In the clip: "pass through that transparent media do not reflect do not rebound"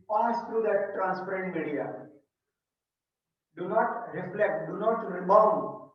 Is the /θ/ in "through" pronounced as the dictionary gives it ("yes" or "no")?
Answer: no